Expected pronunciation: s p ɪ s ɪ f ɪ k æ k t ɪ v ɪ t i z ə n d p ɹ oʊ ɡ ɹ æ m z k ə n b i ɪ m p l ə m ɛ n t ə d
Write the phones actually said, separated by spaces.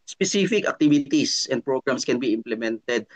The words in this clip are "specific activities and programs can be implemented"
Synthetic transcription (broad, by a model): s p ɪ s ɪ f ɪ k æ k t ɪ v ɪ t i s ə n d p ɹ oʊ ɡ ɹ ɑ m s k ə n b i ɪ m p l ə m ɛ n t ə d